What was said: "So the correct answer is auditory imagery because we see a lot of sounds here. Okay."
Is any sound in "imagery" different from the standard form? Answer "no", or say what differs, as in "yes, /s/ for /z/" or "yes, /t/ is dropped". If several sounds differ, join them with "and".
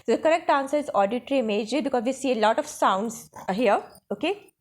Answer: yes, /ɹ/ is dropped